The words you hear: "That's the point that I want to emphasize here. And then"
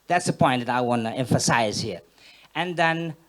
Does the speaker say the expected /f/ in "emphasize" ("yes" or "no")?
yes